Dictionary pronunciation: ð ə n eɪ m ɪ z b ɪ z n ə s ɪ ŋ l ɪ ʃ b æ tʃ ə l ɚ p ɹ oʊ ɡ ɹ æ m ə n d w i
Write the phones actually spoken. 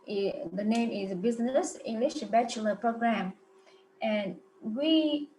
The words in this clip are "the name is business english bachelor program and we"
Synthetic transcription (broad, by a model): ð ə n eɪ m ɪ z b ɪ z n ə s ɪ ŋ l ɪ ʃ b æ tʃ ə l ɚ p ɹ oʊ ɡ ɹ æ m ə n w i